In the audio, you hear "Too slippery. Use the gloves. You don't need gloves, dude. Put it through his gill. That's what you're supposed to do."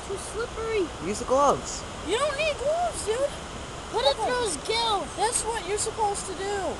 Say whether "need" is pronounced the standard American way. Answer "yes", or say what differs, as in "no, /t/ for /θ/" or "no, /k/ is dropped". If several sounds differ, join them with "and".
yes